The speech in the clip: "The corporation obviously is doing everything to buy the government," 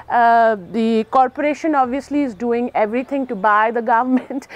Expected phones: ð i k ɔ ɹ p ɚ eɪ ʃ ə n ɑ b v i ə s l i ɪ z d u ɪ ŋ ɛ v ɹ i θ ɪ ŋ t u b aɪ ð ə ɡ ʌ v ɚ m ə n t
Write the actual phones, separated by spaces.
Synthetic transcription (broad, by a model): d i k ɔ ɹ p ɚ eɪ ʃ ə n ɑ b v i ə s l i ɪ z d u ɪ ŋ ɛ v ɹ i t ɪ ŋ t u b aɪ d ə ɡ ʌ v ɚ m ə n t